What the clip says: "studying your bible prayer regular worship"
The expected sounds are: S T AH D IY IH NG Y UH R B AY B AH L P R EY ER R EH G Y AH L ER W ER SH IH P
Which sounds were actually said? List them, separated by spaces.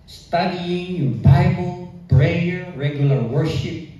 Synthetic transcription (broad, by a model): S T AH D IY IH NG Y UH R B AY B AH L B R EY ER R EH G Y AH L ER W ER SH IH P